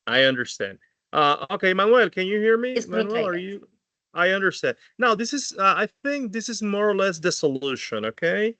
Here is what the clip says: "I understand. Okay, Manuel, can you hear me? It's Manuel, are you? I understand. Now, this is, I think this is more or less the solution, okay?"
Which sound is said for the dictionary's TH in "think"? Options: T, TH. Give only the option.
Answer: TH